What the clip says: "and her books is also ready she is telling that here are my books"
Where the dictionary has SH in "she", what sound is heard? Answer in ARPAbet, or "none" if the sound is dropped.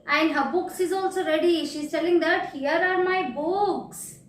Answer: SH